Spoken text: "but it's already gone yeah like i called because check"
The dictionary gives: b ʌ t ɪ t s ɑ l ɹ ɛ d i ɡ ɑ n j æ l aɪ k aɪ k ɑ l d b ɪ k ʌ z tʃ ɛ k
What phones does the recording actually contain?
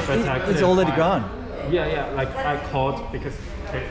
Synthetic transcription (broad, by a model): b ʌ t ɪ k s ɑ l ɹ ɛ d i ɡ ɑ n j æ l aɪ k aɪ k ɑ d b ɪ k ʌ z